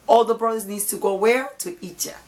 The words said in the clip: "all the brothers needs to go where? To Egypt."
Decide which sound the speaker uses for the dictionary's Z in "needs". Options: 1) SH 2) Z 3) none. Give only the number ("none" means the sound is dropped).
3